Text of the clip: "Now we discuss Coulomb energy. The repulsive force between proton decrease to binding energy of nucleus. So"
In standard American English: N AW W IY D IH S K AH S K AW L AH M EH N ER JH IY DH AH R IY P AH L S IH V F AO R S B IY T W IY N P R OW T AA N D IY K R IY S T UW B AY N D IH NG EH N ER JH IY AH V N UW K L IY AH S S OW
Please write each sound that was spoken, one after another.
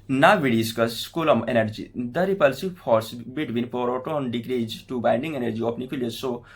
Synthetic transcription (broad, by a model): N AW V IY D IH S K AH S K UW L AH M EH N ER JH IY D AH R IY P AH L S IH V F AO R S B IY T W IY N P R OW T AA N D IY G R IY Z T UW B AY N D IH NG EH N ER JH IY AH P N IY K L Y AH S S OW